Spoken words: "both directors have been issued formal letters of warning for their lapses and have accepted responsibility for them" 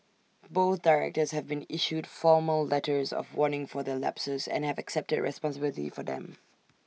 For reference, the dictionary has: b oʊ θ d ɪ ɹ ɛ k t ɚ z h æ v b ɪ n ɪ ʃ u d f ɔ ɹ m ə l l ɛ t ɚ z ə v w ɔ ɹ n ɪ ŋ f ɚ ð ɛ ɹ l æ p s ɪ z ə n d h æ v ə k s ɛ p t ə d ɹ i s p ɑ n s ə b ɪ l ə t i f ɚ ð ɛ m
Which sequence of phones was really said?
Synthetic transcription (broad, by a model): b oʊ θ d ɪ ɹ ɛ k t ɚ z h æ v b ɪ n ɪ ʃ u d f ɔ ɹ m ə l l ɛ t ɚ z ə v w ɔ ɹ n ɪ ŋ f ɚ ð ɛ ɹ l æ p s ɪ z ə n h æ v ə k s ɛ p t ə d ɹ i s p ɑ n s ə b ɪ l ə t i f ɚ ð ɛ m